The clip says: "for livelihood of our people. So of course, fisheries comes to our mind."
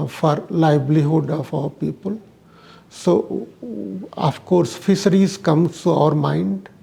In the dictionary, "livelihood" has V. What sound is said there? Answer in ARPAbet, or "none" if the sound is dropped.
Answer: B